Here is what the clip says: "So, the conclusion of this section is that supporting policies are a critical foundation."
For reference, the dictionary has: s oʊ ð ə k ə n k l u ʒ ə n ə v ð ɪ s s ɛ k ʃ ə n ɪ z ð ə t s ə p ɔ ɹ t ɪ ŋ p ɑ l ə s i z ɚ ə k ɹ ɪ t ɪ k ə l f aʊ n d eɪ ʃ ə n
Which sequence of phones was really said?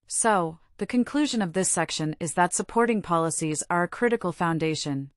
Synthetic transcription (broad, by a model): s oʊ ð ə k ə n k l u ʒ ə n ə v ð ɪ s s ɛ k ʃ ə n ɪ z ð ə t s ə p ɔ ɹ t ɪ ŋ p ɑ l ə s i z ɚ ə k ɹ ɪ t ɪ k l f aʊ n d eɪ ʃ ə n